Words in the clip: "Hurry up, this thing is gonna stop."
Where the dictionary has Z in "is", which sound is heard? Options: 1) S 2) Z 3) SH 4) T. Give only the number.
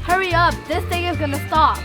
2